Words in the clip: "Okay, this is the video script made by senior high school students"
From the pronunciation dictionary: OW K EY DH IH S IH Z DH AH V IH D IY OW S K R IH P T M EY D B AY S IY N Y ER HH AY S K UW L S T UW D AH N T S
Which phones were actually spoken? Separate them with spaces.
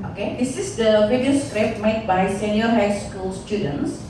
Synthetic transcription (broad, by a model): OW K EY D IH S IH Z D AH B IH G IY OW S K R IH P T M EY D B AY S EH N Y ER HH AY S K UW L S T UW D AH N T S